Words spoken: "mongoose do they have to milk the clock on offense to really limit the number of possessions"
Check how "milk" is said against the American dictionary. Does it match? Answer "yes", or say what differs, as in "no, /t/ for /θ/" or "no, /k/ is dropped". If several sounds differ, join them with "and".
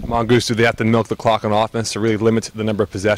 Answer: yes